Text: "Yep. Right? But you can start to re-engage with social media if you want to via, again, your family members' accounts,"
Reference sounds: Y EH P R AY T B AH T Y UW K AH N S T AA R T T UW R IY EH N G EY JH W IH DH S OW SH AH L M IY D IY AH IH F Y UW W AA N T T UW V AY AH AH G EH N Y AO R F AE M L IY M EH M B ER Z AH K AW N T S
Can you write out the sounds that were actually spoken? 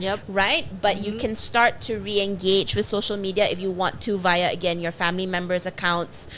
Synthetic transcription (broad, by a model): Y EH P R AY T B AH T Y UW K AH N S T AA R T T UW R IY EH N G EY JH W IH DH S OW SH AH L M IY D IY AH IH F Y UW W AA N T T UW V AY AH AH G EH N Y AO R F AE M L IY M EH M B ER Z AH K AW N T S